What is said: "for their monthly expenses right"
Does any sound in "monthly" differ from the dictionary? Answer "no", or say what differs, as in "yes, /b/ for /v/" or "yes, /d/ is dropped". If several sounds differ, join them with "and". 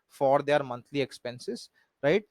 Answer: yes, /t/ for /θ/